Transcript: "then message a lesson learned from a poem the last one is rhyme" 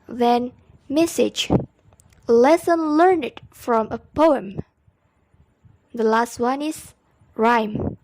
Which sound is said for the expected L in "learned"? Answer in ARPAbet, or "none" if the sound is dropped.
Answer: L